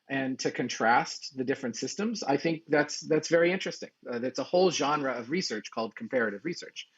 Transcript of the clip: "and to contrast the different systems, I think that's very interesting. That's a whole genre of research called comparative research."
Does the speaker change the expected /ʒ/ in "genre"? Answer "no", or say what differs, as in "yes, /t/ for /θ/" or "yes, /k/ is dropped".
no